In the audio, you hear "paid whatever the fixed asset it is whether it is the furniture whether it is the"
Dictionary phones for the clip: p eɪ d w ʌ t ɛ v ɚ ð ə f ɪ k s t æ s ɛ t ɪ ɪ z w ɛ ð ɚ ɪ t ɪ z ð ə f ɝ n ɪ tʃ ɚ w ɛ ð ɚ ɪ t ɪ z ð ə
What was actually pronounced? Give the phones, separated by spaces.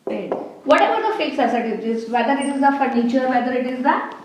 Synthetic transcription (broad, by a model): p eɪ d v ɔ t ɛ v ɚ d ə f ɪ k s æ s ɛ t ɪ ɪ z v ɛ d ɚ ɪ t ɪ z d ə f ɝ n ɪ tʃ ɚ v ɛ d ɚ ɪ t ɪ z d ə